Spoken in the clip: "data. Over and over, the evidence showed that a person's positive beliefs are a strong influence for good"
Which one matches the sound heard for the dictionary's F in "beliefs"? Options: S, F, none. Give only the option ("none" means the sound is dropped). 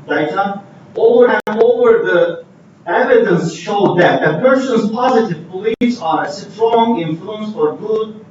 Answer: none